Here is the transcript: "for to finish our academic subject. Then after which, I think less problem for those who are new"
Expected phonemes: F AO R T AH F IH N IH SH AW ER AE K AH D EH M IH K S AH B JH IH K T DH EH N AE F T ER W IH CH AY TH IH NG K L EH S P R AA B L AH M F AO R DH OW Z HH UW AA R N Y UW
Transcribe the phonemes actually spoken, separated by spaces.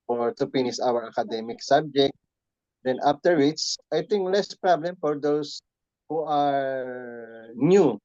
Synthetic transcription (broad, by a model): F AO R T AH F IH N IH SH AW ER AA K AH D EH M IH K S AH B JH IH K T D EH N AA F T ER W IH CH AY T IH NG K L EH S P R AA B L AH M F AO R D OW S HH UW AA R N Y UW